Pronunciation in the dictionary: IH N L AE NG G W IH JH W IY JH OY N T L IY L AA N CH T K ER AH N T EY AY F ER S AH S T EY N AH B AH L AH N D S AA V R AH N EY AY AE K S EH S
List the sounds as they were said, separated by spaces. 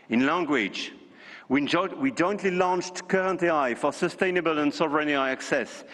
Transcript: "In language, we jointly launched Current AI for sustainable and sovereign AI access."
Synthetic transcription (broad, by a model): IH N L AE NG G W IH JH W IY JH OY N T L IY L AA N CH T K ER AH N T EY AY F ER S AH S T EY N AH B AH L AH N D S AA V R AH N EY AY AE K S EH S